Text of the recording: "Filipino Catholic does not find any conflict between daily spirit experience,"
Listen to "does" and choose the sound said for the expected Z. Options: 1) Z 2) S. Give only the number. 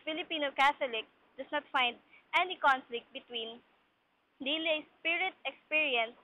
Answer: 2